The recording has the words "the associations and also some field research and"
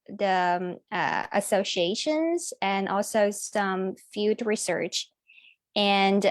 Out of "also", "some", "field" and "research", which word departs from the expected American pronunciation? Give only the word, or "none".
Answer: field